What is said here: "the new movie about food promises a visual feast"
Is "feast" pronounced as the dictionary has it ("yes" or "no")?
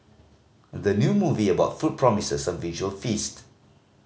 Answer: yes